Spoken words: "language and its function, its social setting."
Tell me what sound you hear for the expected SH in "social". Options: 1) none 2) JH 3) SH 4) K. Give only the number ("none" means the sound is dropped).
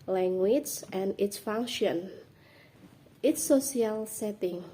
1